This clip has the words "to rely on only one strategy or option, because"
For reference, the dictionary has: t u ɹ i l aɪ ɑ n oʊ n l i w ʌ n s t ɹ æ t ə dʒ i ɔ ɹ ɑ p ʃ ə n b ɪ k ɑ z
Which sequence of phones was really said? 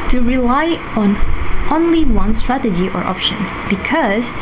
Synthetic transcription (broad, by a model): t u ɹ i l aɪ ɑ n oʊ n l i w ʌ n s t ɹ æ t ə dʒ i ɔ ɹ ɑ p ʃ ə n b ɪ k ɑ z